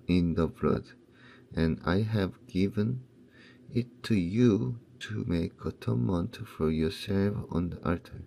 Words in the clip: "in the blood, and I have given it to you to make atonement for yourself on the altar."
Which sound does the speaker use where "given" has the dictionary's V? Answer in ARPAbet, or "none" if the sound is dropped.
V